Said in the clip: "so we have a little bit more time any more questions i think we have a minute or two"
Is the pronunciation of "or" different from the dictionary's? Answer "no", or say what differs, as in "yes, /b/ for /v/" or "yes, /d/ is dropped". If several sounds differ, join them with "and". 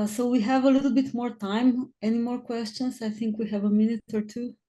no